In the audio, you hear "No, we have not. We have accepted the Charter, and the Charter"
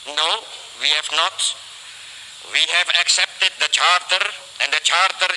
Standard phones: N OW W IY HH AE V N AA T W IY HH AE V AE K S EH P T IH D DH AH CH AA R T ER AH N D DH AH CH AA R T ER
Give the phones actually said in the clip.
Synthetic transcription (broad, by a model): N OW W IY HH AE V N AA T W IY HH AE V AE K S EH P T IH D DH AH CH AA R T ER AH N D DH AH CH AA R T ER